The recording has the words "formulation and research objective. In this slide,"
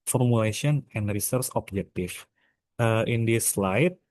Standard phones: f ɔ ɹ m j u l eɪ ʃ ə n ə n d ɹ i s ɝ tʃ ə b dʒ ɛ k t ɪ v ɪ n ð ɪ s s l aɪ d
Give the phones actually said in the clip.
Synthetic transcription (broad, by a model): f ɔ ɹ m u l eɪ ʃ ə n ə n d ɹ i s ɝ s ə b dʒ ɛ k t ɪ f ɪ n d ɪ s s l aɪ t